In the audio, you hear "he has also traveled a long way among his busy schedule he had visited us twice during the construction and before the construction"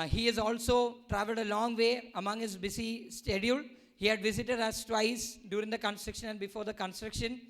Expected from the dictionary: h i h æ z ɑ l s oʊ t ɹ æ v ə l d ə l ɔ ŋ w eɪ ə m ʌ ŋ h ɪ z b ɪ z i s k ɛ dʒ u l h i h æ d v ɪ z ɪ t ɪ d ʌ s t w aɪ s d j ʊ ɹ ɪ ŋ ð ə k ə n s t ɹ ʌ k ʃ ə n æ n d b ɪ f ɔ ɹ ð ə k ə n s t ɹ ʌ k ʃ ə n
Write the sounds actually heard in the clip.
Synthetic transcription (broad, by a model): h i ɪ z ɑ l s oʊ t ɹ æ v ə l d ə l ɔ ŋ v eɪ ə m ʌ ŋ h ɪ z b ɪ s i s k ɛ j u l h i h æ d v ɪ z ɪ t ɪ d ʌ s t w aɪ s d j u ɹ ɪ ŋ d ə k ə n s t ɹ ʌ k ʃ ə n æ n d b ɪ f ɔ ɹ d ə k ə n s t ɹ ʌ k ʃ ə n